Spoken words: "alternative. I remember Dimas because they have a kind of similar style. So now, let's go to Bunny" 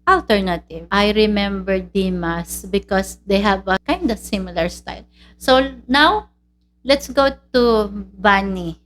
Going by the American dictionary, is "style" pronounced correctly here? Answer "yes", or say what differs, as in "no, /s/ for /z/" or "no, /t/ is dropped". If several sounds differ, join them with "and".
yes